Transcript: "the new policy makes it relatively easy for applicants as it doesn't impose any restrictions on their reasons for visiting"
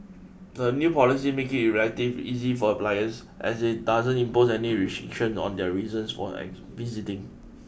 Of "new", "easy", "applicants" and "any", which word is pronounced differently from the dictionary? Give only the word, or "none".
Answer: applicants